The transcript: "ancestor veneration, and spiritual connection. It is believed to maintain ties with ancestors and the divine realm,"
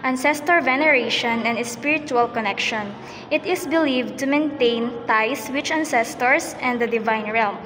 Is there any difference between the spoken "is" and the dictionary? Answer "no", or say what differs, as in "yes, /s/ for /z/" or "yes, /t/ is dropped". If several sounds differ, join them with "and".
yes, /s/ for /z/